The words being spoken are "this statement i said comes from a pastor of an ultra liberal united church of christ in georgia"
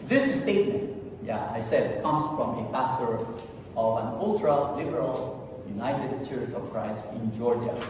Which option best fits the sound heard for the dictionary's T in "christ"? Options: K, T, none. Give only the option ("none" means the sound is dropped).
none